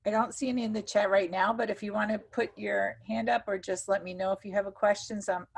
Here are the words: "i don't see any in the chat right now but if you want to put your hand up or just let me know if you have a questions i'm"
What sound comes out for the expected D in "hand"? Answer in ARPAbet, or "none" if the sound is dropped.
D